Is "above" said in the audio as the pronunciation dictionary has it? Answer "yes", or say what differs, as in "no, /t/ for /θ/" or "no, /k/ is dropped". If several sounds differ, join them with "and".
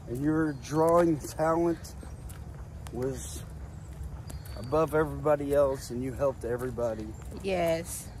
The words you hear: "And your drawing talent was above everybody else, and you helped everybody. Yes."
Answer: yes